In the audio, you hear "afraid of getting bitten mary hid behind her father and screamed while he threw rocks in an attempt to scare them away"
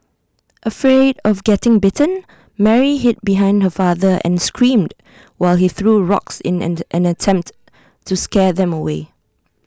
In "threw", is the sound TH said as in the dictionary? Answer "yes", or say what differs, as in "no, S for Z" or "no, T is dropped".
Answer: yes